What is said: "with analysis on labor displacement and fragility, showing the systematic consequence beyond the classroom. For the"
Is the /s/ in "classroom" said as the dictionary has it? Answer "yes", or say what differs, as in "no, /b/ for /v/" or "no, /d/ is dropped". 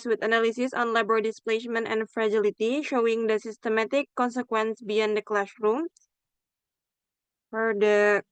no, /ʃ/ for /s/